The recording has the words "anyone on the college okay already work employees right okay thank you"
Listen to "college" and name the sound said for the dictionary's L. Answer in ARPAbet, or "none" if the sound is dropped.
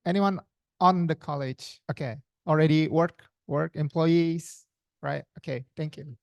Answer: L